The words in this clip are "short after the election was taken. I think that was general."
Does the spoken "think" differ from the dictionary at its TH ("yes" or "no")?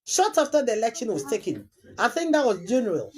no